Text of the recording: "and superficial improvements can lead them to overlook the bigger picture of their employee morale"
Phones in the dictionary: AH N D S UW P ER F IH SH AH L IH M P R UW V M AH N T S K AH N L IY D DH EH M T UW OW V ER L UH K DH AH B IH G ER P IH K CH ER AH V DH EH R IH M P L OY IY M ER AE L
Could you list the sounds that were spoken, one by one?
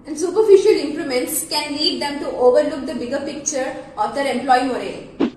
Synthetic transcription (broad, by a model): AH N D S UW P ER F IH SH AH L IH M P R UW M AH N T S K AH N L IY D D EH M T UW OW V ER L UH K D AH B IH G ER P IH K CH ER AH V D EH R IH M P L OY IY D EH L